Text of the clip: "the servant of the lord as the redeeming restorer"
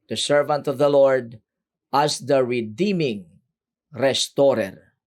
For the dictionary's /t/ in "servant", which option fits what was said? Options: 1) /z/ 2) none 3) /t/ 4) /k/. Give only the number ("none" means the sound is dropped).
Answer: 3